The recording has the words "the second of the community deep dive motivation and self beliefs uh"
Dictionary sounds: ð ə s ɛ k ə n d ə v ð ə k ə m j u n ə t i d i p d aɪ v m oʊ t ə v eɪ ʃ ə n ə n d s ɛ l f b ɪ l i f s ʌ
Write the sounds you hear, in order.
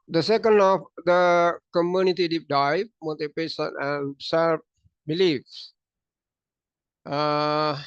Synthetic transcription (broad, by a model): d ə s ɛ k ə n d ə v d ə k ə m j u n ə t i d i p d aɪ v m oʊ t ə p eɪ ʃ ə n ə n s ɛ l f b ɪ l i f s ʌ